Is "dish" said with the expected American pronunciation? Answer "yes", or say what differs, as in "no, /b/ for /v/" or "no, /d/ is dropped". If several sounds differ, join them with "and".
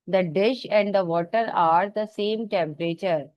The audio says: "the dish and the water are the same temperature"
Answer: yes